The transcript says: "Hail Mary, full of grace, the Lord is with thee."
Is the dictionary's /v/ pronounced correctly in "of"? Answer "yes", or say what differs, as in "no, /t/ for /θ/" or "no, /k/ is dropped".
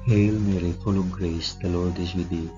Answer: no, /b/ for /v/